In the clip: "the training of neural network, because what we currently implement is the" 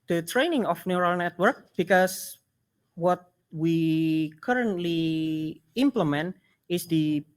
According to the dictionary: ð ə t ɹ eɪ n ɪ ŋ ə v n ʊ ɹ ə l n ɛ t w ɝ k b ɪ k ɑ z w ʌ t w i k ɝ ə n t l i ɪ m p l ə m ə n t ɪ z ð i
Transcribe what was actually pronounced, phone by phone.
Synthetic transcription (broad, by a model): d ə t ɹ eɪ n ɪ ŋ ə f n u ɹ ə l n ɛ t w ɝ k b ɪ k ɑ s w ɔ t w i k ɝ ə n t l i ɪ m p l ə m ə n t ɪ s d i